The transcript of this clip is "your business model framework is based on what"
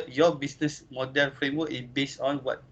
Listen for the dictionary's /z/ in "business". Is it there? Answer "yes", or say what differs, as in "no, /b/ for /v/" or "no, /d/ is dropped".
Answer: no, /s/ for /z/